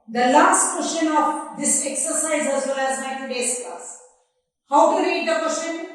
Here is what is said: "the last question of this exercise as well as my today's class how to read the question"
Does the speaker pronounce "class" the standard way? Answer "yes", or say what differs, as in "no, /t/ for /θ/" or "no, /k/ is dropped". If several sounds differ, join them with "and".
no, /l/ is dropped